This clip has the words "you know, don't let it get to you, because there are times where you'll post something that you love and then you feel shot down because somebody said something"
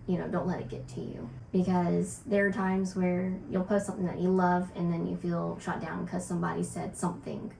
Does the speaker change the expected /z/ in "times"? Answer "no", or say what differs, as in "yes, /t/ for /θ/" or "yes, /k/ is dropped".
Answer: no